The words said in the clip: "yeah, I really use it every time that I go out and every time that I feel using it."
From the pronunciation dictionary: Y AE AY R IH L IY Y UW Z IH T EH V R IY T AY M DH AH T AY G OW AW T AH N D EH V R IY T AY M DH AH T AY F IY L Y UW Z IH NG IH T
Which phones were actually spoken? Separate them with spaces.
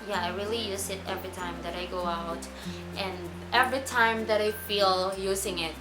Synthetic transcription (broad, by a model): Y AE AY R IH L IY Y UW Z IH T EH V R IY T AY M DH AH T AY G OW AW T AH N EH V R IY T AY M DH AH T AY F IY L Y UW Z IH NG IH T